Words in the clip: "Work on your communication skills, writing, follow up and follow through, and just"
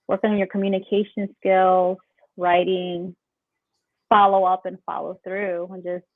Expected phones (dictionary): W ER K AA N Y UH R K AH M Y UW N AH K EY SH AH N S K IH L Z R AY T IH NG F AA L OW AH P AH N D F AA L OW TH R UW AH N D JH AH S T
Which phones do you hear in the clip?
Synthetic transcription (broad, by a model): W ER K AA N Y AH R K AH M Y UW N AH K EY SH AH N S K IH L Z R AY T IH NG F AA L OW AH P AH N F AA L OW TH R UW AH N JH AH S T